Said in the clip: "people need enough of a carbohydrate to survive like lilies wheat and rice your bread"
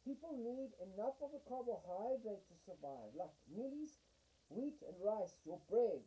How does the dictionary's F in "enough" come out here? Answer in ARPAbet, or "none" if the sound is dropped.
F